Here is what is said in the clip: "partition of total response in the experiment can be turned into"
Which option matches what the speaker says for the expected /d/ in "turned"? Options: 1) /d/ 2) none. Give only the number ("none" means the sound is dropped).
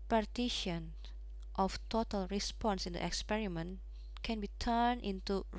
2